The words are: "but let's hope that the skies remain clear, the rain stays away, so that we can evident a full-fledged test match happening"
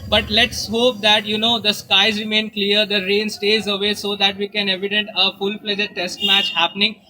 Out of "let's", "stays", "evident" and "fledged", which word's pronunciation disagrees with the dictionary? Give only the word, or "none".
fledged